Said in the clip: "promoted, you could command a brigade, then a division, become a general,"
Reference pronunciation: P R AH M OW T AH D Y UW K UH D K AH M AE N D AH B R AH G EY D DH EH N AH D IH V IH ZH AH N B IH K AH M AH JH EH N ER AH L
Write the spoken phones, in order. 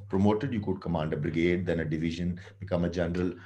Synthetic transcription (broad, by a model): P R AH M OW T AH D Y UW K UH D K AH M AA N D AH B R AH G EY D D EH N AH D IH V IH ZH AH N B IH K AH M AH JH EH N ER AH L